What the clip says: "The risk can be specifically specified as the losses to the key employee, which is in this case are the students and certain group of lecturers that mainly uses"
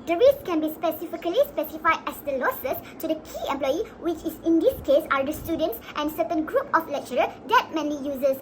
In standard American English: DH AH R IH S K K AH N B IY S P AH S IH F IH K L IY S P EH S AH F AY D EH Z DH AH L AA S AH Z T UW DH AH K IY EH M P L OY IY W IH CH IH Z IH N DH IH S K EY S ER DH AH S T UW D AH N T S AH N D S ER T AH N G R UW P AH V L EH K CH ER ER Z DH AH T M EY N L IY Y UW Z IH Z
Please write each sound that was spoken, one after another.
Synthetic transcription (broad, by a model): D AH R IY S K K AH N B IY S P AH S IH F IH K L IY S P EH S AH F AY D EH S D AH L AA S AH S T UW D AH K IY EH M P L OY IY W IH CH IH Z IH N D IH S K EY S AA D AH S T UW D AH N T S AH N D S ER T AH N G R UW P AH F L EH K CH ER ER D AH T M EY N IY Y UW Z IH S